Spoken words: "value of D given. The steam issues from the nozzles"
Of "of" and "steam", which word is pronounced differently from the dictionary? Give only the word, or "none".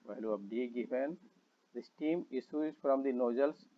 of